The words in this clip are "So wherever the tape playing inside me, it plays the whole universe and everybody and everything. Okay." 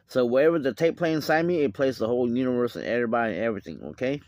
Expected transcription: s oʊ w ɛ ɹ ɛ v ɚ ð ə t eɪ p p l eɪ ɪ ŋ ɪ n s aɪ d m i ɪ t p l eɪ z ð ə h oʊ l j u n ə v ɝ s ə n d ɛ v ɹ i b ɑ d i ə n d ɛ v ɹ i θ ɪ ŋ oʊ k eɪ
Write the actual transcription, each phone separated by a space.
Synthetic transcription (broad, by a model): s oʊ w ɛ ɹ ɛ v ɚ ð ə t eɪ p p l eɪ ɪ ɪ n s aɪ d m i ɪ t p l eɪ z ð ə h oʊ l j u n ə v ɝ s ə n ɛ v ɹ i b ɑ d i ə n ɛ v ɹ i θ ɪ ŋ oʊ k eɪ